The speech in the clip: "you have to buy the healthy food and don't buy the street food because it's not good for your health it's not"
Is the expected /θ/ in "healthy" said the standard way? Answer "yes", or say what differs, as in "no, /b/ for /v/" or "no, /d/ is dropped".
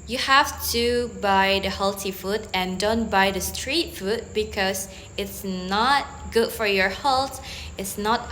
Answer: no, /t/ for /θ/